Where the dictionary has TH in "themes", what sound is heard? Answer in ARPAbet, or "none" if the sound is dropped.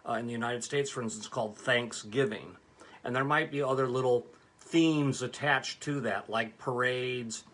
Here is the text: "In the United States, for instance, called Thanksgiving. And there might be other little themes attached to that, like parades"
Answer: TH